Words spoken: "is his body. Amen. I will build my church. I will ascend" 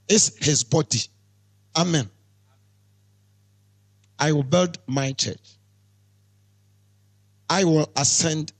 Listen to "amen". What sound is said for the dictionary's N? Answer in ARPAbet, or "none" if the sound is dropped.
N